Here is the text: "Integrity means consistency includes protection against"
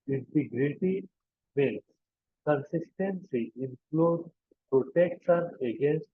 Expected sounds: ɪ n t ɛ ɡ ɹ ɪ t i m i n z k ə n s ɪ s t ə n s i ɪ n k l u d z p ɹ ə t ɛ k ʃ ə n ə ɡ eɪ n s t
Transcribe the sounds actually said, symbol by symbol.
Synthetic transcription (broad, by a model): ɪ n t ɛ ɡ ɹ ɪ t i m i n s k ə n s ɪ s t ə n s i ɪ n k l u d p ɹ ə t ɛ k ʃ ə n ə ɡ eɪ n s t